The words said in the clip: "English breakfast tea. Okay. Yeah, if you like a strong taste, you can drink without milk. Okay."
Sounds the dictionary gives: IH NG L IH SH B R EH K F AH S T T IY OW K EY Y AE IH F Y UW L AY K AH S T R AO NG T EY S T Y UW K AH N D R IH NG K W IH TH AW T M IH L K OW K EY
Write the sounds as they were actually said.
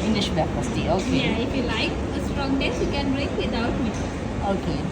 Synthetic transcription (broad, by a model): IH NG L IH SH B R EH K P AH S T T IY OW K EY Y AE IH F Y UW L AY K AH S T R AO NG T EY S Y UW K AH N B R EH K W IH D AW T M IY OW K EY